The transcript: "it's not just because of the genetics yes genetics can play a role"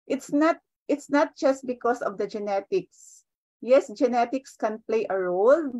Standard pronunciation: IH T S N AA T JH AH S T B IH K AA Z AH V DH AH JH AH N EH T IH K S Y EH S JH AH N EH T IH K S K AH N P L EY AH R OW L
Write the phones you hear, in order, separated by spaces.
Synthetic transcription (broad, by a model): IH T S N AA T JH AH S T B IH K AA S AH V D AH JH AH N EH T IH K S Y EH S JH AH N EH T IH K S K AH N P L EY AH R OW L